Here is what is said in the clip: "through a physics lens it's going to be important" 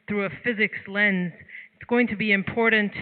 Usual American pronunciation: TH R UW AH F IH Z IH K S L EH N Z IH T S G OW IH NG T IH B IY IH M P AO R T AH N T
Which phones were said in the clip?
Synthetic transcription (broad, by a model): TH R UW AH F IH Z IH K S L EH N Z IH T S G OW IH NG T IH B IY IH M P AO R T N T